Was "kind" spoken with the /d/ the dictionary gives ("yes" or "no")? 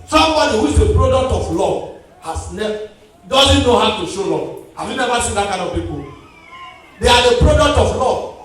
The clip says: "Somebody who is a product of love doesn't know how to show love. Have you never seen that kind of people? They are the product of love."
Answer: no